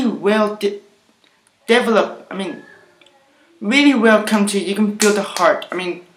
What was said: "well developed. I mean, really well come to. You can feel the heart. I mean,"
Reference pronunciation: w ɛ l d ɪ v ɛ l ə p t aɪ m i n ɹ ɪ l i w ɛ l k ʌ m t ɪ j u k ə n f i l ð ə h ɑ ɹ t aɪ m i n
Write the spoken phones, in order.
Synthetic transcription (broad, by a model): w ɛ l d ɪ v ɛ l ə p t aɪ m i n ɹ ɪ l i w ɛ l k ʌ m t ɪ j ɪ k ə n f i l ð ə h ɑ ɹ t aɪ m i n